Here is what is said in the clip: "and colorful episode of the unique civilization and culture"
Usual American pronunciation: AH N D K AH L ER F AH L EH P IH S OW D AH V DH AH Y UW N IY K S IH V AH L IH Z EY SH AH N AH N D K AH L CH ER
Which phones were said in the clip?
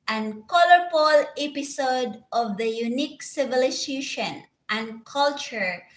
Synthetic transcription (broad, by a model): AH N K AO L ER P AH L EH P IH S OW D AH V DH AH Y UW N IY K S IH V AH L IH S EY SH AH N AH N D K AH L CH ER